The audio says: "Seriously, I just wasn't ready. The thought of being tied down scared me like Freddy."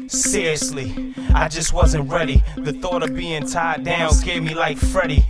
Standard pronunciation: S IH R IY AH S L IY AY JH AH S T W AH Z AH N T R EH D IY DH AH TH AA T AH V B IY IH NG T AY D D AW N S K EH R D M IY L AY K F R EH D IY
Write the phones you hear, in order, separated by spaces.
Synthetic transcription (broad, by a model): S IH R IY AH S L IY AY JH AH S T W AH Z AH N T R EH D IY DH AH TH AA T AH V B IY IH NG T AY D D AW N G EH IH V M IY L AY K F R EH D IY